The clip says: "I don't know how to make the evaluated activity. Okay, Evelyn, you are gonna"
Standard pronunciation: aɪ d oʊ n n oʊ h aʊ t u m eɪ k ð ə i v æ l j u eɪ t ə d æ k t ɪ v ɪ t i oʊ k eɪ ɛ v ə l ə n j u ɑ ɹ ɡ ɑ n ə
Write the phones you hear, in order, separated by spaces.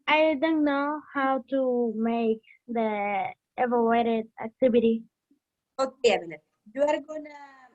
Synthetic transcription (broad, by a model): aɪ d oʊ n n oʊ h aʊ t u m eɪ k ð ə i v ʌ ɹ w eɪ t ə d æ k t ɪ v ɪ t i oʊ k eɪ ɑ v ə n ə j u ɑ ɹ ɡ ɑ n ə